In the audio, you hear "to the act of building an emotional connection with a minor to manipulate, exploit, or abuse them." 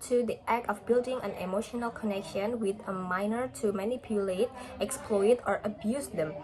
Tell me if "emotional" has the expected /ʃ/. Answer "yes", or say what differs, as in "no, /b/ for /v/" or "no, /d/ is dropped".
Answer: yes